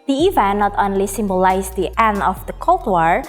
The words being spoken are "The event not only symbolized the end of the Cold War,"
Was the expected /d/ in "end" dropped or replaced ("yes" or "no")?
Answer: yes